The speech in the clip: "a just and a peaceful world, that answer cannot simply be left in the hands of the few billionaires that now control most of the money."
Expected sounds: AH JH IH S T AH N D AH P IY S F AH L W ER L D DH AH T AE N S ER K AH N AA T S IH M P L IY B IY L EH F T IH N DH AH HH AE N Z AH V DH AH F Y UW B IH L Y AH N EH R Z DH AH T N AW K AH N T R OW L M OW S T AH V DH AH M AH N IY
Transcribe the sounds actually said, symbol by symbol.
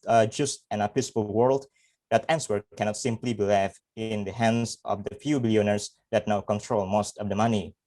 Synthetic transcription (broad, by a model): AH JH IH S T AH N AH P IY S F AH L W ER L D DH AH T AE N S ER K AH N AA T S IH M P L IY B IY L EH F IH N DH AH HH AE N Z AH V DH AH F Y UW B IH L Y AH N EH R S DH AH T N AW K AH N T R OW L M OW S T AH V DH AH M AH N IY